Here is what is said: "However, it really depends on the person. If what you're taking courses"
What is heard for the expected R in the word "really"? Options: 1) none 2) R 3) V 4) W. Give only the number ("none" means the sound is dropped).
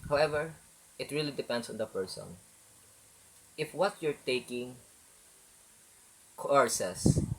2